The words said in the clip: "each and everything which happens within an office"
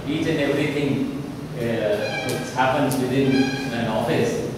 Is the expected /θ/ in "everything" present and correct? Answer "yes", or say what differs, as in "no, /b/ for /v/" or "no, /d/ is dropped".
no, /t/ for /θ/